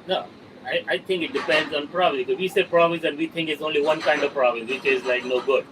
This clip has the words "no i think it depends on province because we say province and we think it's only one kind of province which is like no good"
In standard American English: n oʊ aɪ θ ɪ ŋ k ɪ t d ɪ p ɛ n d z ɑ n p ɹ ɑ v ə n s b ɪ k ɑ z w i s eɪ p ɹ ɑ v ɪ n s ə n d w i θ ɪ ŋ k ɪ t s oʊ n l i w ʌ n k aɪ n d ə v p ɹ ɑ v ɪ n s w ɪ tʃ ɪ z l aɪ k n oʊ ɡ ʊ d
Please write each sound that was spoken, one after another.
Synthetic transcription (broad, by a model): n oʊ aɪ t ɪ ŋ k ɪ t d ɪ p ɛ n d z ɑ n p ɹ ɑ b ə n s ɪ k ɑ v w i s eɪ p ɹ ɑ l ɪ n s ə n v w i t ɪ ŋ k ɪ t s oʊ n l i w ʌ n k aɪ n d ə v p ɹ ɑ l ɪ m w ɪ tʃ ɪ z l aɪ k n oʊ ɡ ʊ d